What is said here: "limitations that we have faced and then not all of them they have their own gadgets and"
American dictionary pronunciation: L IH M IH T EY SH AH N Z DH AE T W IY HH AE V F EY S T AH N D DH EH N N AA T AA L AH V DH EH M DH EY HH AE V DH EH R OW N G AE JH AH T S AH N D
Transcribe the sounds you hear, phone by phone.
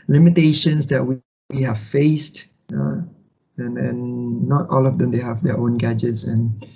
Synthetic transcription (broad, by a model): L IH M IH T EY SH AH N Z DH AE T W IY HH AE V F EY S T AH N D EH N N AA T AA L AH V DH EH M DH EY HH AE V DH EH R OW N G AE JH AH T S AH N